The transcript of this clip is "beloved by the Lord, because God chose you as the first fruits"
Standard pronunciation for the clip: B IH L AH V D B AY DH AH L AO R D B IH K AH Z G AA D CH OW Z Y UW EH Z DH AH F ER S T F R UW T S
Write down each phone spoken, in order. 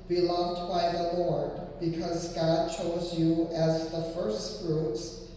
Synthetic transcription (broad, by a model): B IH L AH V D B AY DH AH L AO R D B IH K AH Z G AA D CH OW Z Y UW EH Z DH AH F ER S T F R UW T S